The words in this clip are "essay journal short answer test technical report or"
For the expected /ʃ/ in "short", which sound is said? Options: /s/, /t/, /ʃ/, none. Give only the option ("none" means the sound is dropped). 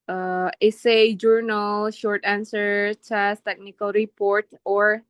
/ʃ/